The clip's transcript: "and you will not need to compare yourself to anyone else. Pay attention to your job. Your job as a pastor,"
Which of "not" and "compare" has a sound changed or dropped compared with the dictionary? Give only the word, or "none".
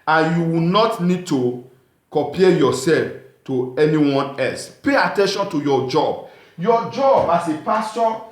compare